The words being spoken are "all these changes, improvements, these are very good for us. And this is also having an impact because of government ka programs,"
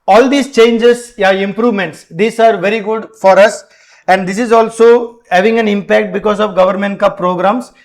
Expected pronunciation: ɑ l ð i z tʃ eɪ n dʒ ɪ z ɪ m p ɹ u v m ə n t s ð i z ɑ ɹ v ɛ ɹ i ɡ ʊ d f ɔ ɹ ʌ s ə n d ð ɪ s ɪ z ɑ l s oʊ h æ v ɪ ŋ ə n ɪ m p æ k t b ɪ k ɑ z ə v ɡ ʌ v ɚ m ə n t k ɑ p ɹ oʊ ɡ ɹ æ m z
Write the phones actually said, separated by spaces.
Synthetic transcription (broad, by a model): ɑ l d i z tʃ eɪ n dʒ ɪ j ɪ m p ɹ u v m ə n t s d i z ɑ ɹ v ɛ ɹ i ɡ ʊ d f ɔ ɹ ʌ s ə n d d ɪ s ɪ z ɑ l s oʊ h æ v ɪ ŋ ə n ɪ m p æ k t b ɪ k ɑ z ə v ɡ ʌ v ɚ m ə n t k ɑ p ɹ oʊ ɡ ɹ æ m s